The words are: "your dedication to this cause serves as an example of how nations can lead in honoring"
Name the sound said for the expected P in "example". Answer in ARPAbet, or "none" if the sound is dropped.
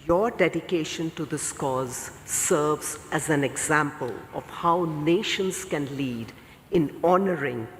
P